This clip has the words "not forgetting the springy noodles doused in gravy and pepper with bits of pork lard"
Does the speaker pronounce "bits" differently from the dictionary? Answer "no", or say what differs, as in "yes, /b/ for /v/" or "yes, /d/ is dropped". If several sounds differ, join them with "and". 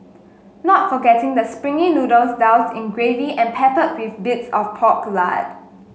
no